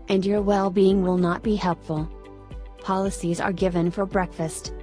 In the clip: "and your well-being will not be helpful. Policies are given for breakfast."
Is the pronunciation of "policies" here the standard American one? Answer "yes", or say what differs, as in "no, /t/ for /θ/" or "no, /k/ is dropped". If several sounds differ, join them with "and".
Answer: yes